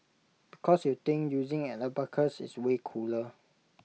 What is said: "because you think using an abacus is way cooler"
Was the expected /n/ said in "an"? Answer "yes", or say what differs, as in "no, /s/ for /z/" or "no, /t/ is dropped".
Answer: no, /l/ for /n/